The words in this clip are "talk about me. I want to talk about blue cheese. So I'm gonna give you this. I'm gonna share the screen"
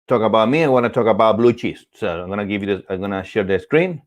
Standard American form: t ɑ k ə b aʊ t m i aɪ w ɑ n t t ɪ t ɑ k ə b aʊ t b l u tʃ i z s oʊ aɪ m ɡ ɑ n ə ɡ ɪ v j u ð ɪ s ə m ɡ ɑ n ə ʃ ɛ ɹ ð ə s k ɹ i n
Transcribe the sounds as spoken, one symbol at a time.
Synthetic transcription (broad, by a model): t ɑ k ə b aʊ t m i aɪ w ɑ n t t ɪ t ɑ k ə b aʊ t b l u tʃ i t s oʊ aɪ m ɡ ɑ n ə ɡ ɪ v j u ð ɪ ə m ɡ ɑ n ə ʃ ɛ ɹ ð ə s k ɹ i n